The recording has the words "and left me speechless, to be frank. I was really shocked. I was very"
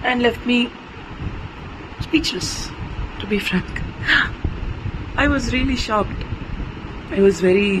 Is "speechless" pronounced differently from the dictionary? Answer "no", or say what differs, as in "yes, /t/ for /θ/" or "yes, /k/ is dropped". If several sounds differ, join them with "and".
no